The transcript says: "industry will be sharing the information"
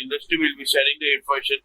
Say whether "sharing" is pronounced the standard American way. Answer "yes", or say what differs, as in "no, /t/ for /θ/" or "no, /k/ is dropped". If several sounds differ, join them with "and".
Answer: no, /s/ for /ʃ/